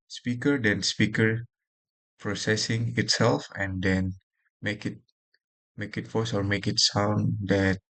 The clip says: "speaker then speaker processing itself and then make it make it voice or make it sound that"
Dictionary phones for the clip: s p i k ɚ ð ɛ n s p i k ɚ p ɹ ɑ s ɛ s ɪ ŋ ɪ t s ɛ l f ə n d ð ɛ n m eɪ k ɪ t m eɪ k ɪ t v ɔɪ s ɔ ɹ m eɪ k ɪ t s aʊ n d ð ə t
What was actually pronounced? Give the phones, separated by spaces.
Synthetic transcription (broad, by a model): s p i k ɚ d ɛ n s p i k ɚ p ɹ ɑ s ɛ s ɪ ŋ ɪ t s ɛ l f ə n d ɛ n m eɪ k ɪ t m eɪ k ɪ t f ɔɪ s ɔ ɹ m eɪ k ɪ t s aʊ n d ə t